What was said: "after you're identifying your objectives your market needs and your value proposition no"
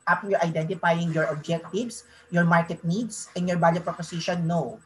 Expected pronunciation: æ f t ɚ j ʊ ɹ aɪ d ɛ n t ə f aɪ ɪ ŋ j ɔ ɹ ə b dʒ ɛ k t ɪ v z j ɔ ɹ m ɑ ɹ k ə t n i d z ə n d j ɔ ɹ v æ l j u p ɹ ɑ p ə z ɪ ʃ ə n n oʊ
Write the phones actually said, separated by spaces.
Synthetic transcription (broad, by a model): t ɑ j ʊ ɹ aɪ d ɛ n t ə f aɪ ɪ ŋ j ɔ ɹ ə b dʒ ɛ k t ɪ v s j ɔ ɹ m ɑ ɹ k ə t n i d s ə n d j ɔ ɹ b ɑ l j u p ɹ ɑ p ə s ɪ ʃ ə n n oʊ